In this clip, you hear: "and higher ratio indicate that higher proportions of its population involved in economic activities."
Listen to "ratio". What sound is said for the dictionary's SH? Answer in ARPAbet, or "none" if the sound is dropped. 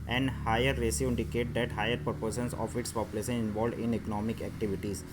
S